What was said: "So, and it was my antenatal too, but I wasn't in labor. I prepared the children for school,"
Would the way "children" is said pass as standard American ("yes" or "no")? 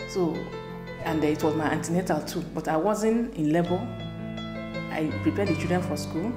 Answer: no